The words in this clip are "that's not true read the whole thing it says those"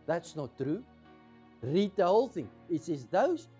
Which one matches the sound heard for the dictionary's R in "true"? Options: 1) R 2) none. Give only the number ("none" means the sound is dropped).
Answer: 1